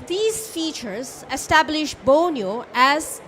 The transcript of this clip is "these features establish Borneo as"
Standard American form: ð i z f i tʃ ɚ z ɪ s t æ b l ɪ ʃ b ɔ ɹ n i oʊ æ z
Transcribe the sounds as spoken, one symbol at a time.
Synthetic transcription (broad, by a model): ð i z f i tʃ ɚ z ɪ s t æ b l ɪ ʃ b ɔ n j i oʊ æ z